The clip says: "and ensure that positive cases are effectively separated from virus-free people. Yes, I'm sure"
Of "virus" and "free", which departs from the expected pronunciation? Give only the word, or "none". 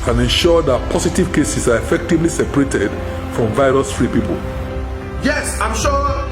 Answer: none